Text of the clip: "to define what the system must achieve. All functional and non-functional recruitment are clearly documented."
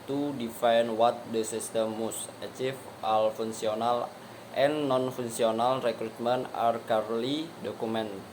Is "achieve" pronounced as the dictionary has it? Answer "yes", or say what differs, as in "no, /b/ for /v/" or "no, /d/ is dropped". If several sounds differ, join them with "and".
no, /f/ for /v/